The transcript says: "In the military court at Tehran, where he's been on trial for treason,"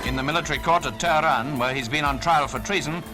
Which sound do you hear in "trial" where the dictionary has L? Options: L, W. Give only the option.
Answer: L